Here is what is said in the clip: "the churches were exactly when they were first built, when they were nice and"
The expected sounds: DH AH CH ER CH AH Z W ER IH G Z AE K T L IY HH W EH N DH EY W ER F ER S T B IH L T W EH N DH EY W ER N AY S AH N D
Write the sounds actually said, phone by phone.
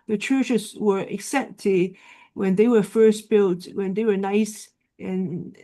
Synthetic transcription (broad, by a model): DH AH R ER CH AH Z W ER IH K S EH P T IY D W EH N DH EY W ER F ER S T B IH L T W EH N DH EY W ER N AY S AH N